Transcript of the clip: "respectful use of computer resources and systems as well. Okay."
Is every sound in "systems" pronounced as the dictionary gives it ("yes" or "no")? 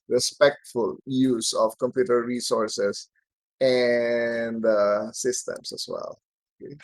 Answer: no